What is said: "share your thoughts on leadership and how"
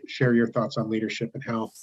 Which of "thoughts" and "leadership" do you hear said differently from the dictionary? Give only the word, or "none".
none